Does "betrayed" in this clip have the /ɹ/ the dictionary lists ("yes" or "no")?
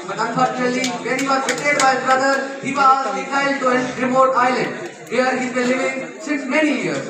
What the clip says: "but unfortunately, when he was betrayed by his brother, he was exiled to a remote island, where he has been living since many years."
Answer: no